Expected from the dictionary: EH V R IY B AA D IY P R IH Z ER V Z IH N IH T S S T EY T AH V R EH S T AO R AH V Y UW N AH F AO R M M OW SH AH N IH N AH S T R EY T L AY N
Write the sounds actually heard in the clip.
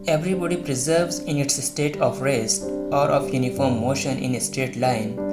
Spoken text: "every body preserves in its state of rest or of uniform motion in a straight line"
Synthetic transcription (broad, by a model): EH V R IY B AA D IY P R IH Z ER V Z IH N IH T S S T EY T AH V R EH S T AO R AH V Y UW N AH F AO R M M OW SH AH N IH N AH S T EY T L AY N